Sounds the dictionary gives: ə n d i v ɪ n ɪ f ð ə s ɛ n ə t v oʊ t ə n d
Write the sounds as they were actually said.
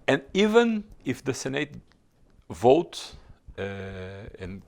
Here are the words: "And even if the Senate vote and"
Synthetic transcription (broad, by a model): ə n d i v ɪ n ɪ f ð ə s ɛ n ə t v oʊ t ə n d